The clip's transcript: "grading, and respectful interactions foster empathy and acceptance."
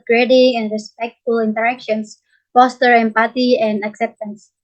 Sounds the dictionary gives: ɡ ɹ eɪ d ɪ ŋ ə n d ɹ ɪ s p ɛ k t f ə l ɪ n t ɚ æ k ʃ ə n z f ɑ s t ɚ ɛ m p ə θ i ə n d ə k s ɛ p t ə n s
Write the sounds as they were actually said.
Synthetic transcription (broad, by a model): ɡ ɹ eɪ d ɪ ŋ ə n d ɹ ɪ s p ɛ k t f ə l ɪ n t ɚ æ k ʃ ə n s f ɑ s t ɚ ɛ m p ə t i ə n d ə k s ɛ p t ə n s